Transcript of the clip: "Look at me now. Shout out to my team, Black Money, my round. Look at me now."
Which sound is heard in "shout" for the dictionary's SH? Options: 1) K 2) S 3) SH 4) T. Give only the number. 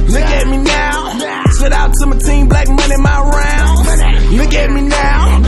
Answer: 2